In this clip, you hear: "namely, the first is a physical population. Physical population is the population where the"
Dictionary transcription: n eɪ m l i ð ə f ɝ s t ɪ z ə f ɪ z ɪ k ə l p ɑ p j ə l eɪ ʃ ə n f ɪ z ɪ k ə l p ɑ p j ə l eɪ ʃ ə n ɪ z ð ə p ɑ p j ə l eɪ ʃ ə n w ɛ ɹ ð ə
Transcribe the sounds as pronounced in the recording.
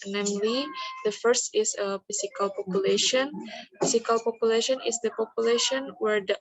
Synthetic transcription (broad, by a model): n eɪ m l i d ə f ɝ s t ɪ s ə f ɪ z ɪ k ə l p ɑ p j ə l eɪ ʃ ə n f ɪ s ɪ k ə l p ɑ p j ə l eɪ ʃ ə n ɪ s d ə p ɑ p j ə l eɪ ʃ ə n w ɛ ɹ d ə